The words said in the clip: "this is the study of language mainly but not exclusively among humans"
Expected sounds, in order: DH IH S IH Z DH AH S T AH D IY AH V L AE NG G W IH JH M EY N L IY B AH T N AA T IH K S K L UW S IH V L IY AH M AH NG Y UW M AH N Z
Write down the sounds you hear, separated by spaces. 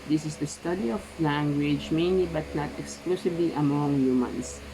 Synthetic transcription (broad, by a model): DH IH S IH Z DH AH S T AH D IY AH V L AE NG G W IH JH M EY N L IY B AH T N AA T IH K S K L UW S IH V L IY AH M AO NG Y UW M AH N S